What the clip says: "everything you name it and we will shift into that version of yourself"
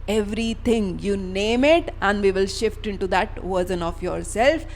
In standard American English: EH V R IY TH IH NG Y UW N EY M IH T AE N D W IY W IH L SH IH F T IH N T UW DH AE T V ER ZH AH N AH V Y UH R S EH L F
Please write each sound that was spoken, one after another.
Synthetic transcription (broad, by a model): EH V R IY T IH NG Y UW N EY M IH T AE N D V IY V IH L SH IH F T IH N T UW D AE T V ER Z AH N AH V Y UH R S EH L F